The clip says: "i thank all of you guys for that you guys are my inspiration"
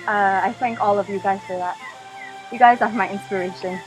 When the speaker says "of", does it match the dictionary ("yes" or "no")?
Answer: yes